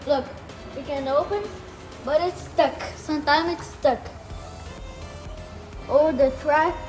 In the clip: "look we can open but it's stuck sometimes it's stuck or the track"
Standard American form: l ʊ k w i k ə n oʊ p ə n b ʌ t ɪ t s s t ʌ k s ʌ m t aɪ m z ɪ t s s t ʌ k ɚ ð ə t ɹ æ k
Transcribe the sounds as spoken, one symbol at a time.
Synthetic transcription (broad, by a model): l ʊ k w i k ə n oʊ p ə n b ʌ t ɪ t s s t ʌ k s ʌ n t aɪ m ɪ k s s t ʌ k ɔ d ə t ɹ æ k